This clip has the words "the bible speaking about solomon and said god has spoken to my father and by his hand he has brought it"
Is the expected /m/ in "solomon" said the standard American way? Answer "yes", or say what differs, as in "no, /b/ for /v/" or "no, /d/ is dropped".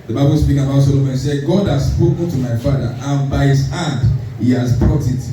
no, /m/ is dropped